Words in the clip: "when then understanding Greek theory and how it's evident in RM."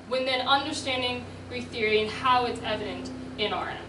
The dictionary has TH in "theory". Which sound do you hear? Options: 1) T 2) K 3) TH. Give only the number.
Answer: 3